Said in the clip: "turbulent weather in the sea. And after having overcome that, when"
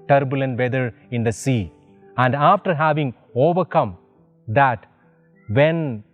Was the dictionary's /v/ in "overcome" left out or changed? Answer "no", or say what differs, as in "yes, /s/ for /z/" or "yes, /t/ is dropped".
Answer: no